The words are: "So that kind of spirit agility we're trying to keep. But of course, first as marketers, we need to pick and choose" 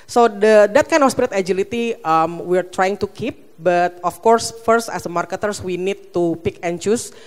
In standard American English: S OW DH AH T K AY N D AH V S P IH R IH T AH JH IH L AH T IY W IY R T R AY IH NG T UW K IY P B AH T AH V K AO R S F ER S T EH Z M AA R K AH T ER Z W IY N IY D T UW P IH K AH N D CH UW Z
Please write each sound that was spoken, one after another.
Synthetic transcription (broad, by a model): S OW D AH T K AY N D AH F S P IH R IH T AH JH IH L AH T IY W IY R T R AY IH NG T UW K IY P B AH T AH F K AO R S F ER S T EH S M AA R K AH T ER S W IY N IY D T UW P IH K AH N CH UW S